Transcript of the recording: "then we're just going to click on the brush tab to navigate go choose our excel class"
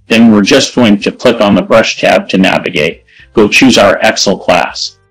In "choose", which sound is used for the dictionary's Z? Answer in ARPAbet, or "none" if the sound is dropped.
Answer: Z